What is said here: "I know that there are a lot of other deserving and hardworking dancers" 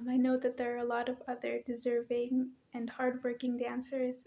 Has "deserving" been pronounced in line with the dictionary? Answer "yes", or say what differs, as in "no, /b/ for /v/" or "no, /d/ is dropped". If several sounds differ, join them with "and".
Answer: yes